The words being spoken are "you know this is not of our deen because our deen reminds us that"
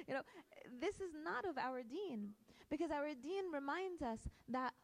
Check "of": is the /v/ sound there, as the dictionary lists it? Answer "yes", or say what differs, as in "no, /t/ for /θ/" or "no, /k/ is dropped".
yes